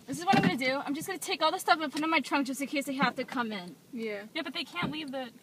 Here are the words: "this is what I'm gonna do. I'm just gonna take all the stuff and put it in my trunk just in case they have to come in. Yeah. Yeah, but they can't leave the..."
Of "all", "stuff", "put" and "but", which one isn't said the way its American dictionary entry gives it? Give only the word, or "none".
none